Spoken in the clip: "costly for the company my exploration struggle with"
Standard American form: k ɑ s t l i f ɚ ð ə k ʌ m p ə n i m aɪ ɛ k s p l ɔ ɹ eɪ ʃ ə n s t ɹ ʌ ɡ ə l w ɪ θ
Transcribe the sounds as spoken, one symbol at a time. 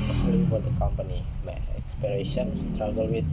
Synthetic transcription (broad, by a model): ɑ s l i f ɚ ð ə k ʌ m p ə n i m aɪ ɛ k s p i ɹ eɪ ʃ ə n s t ɹ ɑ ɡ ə l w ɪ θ